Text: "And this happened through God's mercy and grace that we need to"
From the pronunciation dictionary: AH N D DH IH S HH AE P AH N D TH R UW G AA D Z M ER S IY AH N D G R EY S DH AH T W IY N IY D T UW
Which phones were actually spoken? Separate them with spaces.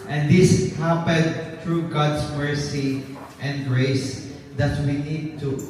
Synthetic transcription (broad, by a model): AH N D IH S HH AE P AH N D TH R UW G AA D S M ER S IY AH N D G R EY S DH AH T W IY N IY D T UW